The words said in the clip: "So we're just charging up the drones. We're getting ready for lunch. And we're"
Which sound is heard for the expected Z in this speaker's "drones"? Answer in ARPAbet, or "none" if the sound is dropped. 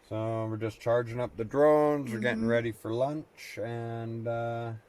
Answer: Z